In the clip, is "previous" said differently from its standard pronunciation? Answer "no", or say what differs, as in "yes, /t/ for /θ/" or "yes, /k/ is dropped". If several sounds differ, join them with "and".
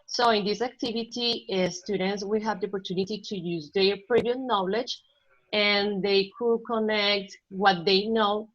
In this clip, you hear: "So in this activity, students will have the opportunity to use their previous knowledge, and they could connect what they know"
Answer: yes, /s/ is dropped